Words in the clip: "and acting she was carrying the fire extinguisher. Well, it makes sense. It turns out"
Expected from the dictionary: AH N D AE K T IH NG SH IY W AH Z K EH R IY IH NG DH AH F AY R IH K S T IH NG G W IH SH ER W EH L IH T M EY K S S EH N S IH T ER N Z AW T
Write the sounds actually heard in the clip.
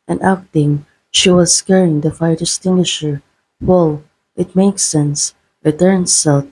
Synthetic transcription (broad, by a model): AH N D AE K T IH NG SH IY W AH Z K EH R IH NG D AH F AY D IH S T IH NG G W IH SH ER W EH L IH T M EY K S S EH N S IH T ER N S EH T